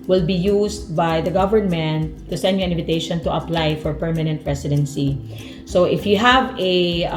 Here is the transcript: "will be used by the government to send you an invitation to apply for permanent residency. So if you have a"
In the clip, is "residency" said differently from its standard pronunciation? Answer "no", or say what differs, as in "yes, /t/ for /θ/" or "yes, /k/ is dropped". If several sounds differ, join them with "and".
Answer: yes, /s/ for /z/